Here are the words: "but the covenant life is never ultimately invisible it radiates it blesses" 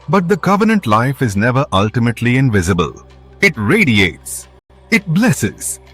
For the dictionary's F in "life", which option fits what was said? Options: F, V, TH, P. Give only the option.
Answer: F